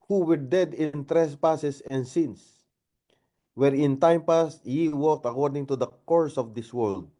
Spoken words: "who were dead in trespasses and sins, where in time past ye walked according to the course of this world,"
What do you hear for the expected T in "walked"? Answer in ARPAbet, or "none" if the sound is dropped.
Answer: T